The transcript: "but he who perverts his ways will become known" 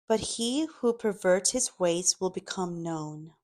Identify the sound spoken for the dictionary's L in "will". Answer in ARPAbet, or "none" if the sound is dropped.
L